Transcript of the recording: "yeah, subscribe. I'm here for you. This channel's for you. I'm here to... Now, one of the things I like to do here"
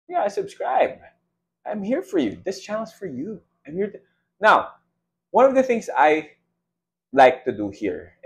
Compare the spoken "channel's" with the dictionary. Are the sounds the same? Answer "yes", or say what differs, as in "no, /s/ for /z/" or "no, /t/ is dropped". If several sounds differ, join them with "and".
no, /l/ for /n/